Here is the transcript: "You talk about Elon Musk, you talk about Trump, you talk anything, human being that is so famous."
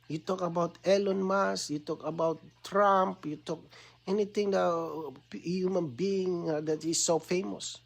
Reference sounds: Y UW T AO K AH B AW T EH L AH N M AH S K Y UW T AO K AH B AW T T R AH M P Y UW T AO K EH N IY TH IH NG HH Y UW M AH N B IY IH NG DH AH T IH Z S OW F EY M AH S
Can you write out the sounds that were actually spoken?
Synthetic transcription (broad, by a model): Y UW T AO K AH B AW T EH L AH N M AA S Y UW T AO K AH B AW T T R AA M P Y UW T AO K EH N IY T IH NG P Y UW M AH N B IY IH NG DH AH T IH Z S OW F EY M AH S